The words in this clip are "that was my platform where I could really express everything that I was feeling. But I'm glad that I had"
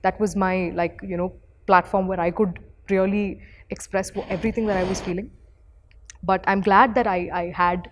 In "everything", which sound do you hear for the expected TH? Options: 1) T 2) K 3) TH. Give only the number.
1